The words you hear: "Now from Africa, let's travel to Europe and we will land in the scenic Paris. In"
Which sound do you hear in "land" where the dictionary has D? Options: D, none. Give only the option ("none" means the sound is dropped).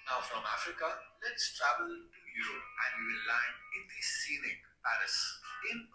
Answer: none